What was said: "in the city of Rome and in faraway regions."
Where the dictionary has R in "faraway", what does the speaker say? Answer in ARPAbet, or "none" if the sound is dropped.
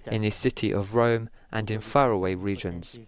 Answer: R